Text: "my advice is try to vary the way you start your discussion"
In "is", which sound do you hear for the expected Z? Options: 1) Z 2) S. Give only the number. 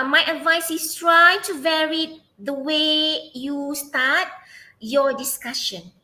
2